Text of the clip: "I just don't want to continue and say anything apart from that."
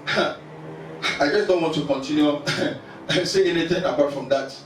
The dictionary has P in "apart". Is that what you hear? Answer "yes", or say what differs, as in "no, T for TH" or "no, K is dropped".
yes